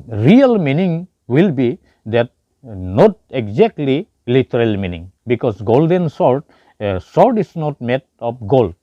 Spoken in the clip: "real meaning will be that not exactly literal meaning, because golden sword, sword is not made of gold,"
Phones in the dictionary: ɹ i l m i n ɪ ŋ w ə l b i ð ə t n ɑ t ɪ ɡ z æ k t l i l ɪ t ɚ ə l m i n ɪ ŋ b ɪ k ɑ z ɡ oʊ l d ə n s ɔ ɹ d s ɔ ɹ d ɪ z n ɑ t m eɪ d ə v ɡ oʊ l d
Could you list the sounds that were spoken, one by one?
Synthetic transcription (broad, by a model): ɹ i l m i n ɪ ŋ w ə l b i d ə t n ɑ t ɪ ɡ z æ k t l i l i t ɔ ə l m i n ɪ ŋ b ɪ k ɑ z ɡ oʊ l d ə n s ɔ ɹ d s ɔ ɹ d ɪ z n ɑ t m eɪ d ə p ɡ oʊ l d